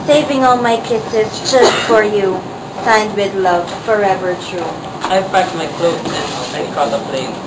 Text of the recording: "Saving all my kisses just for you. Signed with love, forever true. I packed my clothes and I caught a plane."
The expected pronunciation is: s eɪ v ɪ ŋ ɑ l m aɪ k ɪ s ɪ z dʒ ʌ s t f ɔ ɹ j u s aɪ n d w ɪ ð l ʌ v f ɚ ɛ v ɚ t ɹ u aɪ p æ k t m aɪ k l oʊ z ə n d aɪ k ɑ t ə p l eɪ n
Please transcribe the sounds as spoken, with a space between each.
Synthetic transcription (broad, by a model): s eɪ v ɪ ŋ ɑ l m aɪ k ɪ s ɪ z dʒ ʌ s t f ɔ ɹ j u s aɪ n d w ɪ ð l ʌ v f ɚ ɛ v ɚ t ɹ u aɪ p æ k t m aɪ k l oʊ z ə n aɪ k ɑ ə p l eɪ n